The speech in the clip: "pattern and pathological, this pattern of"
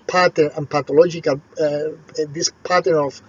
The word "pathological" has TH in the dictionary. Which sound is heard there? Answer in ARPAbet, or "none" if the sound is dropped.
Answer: T